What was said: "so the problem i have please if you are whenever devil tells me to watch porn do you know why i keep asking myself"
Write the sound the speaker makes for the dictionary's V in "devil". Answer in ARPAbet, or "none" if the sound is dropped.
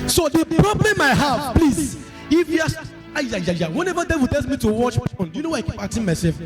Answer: W